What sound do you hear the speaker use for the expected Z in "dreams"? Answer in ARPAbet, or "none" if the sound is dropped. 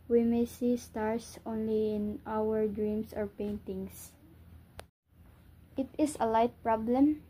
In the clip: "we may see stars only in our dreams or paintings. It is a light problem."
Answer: S